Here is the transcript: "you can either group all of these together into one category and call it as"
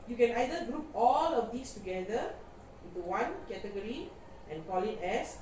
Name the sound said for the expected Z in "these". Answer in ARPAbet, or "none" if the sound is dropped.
S